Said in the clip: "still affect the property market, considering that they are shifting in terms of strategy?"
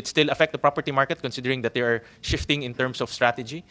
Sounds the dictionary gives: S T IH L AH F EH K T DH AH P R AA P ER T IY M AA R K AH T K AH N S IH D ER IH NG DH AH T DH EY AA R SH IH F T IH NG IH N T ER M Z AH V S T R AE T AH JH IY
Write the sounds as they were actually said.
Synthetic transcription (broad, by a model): S T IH L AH F EH K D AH P R AA P ER T IY M AA R K AH T K AH N S IH D ER IH NG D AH T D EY AA R SH IH F T IH NG IH N T ER M S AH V S T R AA T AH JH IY